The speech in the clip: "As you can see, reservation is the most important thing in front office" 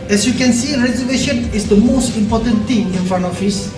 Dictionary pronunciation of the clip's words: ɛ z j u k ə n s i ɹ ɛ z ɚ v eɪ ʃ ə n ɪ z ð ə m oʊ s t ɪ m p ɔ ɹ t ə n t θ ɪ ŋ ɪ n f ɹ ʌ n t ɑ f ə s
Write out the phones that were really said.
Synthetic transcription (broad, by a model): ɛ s j u k ə n s i ɹ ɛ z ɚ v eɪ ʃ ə n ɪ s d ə m oʊ s t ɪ m p ɔ t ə n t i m ɪ n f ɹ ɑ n ɑ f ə s